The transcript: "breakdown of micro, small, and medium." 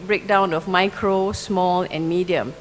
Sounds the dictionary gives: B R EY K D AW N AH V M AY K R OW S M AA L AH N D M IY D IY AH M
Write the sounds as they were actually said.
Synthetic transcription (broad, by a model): B R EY K D AW N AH F M AY K R OW S M AA L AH N M IY D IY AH M